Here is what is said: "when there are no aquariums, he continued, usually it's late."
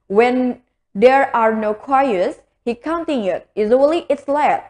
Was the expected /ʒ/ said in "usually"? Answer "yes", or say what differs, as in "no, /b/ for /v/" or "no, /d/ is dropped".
no, /z/ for /ʒ/